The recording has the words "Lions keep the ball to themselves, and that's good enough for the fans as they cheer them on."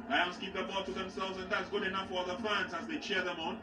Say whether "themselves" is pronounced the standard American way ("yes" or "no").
yes